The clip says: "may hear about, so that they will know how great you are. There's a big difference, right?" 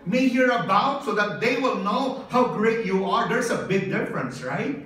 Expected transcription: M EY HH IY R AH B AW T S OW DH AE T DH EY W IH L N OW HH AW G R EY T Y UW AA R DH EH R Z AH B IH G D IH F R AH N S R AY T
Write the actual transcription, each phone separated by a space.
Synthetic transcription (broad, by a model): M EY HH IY R AH B AW T S OW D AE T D EY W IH L N OW HH AW G R EY T Y UW AA R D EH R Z AH B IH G D IH F R AH N S R AY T